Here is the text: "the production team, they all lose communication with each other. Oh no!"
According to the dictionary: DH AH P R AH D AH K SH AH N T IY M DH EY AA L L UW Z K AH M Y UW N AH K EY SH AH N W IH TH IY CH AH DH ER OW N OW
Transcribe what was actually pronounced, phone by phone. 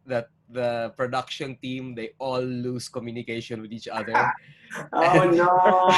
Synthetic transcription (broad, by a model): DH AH P R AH D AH K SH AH N T IY M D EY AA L L UW S K AH M Y UW N AH K EY SH AH N W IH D IY CH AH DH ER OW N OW